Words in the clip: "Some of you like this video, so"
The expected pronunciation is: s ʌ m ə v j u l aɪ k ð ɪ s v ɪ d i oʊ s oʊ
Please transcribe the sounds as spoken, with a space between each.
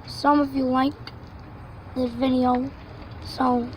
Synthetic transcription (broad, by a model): s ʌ m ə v j u l aɪ k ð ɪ v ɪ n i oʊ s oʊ